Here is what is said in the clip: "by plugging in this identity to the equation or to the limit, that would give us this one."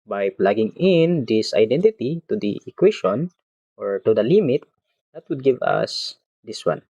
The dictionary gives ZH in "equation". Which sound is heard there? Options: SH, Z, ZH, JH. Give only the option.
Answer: SH